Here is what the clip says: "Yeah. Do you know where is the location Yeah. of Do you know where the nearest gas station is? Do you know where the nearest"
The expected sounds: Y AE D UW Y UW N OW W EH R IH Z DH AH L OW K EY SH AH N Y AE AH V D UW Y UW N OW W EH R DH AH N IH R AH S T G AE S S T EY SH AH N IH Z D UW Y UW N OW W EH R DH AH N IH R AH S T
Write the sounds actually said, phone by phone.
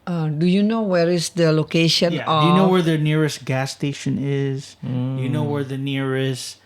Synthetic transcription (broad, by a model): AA D UW Y UW N OW W EH R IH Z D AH L OW K EY SH AH N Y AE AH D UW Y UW N OW W EH R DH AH N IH R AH S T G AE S S T EY SH AH N IH Z Y UW N OW W EH R DH AH N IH R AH S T